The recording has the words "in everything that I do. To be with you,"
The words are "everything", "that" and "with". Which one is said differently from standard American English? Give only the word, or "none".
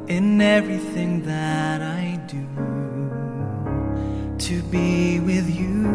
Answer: none